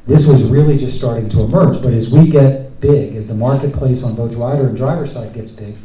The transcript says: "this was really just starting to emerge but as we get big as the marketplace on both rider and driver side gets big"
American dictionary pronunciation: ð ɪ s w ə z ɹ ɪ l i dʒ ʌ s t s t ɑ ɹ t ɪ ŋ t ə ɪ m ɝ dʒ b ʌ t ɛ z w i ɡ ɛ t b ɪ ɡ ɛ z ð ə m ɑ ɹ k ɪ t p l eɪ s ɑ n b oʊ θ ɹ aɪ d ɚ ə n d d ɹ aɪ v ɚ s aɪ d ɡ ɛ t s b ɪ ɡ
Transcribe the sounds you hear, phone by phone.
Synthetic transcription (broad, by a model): ð ɪ s w ə z ɹ ɪ l i dʒ ʌ s t s t ɑ ɹ t ɪ ŋ t ə ɪ m ɝ dʒ b ʌ t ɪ z w i ɡ ɛ t b ɪ ɡ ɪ z ð ə m ɑ ɹ k ɪ t p l eɪ s n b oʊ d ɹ aɪ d ɚ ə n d d ɹ aɪ v ɚ s aɪ d ɡ ɛ t s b ɪ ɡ